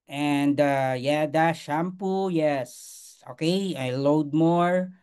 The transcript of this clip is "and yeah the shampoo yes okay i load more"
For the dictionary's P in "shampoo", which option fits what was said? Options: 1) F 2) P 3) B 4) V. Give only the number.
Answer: 2